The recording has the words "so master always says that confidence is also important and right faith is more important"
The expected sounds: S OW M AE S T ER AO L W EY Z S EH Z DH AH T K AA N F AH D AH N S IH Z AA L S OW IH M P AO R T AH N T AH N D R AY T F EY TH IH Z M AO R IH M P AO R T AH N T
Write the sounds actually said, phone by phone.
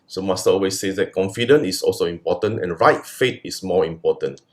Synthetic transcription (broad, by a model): S OW M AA S T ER AO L W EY S EH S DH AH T K AA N F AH D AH N IH S AA L S OW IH M P AO T AH N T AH N R AY T F EY T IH S M AO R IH M P AO T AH N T